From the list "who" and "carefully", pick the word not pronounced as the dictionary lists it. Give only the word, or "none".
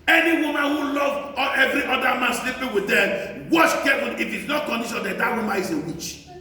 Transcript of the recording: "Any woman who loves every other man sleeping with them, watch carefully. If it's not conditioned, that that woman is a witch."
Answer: carefully